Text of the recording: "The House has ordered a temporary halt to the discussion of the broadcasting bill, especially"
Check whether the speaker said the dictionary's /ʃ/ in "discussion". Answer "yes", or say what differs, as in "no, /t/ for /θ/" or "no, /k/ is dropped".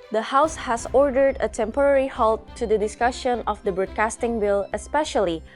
yes